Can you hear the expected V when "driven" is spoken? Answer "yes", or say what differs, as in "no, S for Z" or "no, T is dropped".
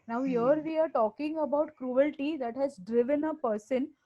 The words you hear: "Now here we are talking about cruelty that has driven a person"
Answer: yes